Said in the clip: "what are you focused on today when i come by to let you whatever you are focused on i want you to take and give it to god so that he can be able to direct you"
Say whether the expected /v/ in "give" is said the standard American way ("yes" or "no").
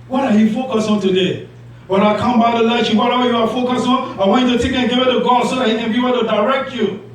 no